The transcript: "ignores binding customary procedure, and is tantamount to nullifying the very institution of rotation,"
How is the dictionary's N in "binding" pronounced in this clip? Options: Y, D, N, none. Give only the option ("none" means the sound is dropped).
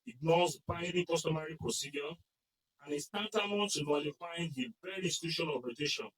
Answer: none